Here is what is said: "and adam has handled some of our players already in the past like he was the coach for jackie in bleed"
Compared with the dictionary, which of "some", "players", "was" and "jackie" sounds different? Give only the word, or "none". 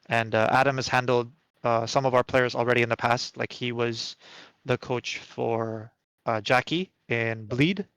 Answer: none